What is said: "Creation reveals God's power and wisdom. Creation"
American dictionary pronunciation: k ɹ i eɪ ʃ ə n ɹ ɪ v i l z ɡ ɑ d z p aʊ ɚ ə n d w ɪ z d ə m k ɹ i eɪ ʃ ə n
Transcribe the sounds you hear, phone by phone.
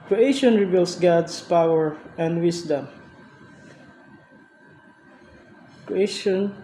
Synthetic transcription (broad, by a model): k ɹ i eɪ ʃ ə n ɹ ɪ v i l s ɡ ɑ d s p aʊ ɚ ə n d w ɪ s d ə m k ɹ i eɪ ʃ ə n